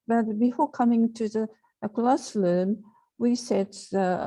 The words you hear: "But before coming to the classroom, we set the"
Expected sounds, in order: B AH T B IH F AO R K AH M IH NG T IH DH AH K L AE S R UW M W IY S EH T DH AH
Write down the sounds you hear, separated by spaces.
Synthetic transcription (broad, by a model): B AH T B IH F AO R K AH M IH NG T IH DH AH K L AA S L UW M W IY S EH T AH